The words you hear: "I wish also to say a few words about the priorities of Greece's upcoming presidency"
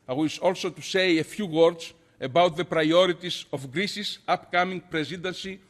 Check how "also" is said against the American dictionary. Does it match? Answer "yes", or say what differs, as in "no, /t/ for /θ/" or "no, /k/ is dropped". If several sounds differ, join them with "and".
yes